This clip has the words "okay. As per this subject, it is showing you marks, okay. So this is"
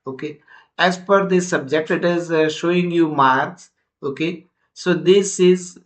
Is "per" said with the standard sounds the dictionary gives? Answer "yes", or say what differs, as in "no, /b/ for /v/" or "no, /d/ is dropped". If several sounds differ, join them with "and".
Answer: no, /f/ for /p/